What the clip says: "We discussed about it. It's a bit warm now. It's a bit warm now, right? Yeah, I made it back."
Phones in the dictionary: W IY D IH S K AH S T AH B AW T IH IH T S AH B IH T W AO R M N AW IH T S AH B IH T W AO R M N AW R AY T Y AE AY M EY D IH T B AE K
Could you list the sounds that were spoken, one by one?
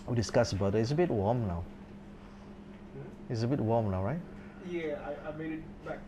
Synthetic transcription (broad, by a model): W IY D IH S K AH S AH B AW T IH IH T S AH B IH T W AO M N AW IH T S AH B IH T W AO M N AW R AY T Y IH AY M EY D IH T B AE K